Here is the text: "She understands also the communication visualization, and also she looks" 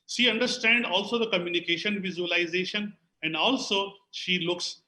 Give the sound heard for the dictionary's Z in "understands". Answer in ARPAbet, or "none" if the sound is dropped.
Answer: none